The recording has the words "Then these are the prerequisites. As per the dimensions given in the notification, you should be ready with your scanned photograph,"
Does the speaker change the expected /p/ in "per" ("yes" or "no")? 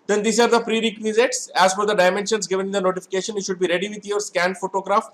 yes